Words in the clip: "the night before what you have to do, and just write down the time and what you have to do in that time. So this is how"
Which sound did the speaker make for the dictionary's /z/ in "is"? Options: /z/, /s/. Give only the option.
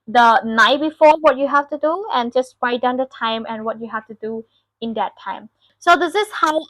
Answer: /s/